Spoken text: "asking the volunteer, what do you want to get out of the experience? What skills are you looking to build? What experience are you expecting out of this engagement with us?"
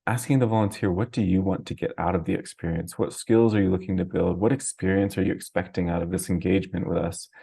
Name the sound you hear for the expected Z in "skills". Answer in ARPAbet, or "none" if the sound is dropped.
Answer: Z